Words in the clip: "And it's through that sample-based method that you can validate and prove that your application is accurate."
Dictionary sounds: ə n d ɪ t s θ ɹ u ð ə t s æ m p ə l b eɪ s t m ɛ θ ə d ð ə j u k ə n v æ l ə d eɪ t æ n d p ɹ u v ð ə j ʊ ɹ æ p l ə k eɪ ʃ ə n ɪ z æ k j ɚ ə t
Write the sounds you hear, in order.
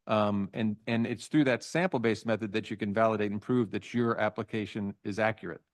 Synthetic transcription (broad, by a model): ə n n ɪ t s θ ɹ u ð ə t s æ m p l b eɪ s m ɛ θ ə d ð ə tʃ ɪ k ə n v æ l ə d eɪ t n p ɹ u v ð ə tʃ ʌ ɹ æ p l ə k eɪ ʃ ə n ɪ z æ k j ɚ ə t